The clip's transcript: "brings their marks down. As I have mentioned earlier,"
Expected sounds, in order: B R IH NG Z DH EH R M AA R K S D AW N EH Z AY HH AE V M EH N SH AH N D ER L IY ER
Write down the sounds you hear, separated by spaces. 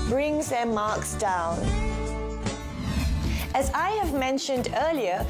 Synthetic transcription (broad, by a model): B R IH NG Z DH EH M AA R K S D AW N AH Z AY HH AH V M EH N SH AH N D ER L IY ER